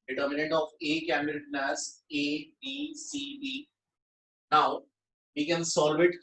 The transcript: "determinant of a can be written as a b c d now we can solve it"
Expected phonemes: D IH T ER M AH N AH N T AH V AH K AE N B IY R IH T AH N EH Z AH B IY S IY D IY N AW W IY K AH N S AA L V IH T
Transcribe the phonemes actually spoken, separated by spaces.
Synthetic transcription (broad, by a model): D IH T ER M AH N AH N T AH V AH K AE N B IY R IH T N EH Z AH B IY S IY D IY N AW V IY K AH N S AA L V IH T